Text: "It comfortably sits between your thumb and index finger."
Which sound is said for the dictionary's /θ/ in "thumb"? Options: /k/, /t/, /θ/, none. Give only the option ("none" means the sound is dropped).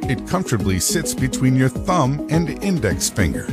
/θ/